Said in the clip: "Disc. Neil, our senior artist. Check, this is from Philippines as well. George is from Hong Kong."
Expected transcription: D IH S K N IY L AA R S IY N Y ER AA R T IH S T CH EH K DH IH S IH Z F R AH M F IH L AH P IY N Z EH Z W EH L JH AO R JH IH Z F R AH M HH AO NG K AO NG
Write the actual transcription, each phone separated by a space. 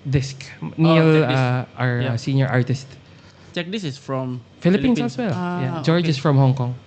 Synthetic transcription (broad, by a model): D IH S K N IY L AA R S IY N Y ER AA R T IH S T CH EH K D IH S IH S F R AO M F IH L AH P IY N EH S W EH L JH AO R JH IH S F R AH M HH AO NG K AO NG